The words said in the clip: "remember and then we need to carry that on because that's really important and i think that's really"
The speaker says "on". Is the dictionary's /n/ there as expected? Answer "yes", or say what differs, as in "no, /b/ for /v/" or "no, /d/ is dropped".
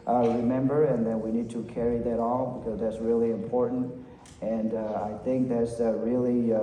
no, /l/ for /n/